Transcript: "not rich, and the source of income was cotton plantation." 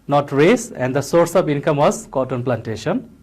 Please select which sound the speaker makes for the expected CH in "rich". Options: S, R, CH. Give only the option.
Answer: S